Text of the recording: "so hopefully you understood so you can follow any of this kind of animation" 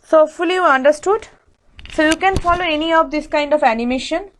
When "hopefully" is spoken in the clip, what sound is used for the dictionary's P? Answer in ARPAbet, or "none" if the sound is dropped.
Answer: none